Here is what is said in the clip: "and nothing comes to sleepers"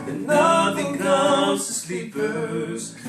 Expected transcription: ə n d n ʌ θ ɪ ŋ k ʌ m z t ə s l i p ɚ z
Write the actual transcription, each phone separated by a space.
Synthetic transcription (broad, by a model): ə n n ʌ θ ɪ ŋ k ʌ z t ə s l i p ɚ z